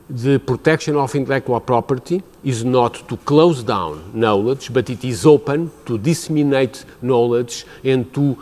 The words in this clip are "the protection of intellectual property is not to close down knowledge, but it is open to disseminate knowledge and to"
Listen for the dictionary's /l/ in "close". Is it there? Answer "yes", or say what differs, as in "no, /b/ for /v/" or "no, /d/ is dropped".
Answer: yes